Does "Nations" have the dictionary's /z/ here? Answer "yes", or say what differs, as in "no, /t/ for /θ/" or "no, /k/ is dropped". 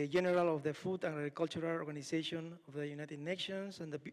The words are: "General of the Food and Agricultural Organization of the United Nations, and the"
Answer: no, /s/ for /z/